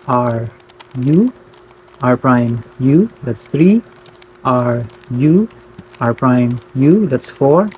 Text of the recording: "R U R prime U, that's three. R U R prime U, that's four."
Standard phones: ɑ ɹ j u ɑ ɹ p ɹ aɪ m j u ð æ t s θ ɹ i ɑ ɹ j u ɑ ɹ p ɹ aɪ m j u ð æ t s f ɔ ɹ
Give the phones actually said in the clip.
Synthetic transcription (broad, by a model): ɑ ɹ j u ɑ ɹ p ɹ aɪ m j u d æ t s t ɹ i ɑ ɹ j u ɑ ɹ p ɹ aɪ m j u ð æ t s f ɔ ɹ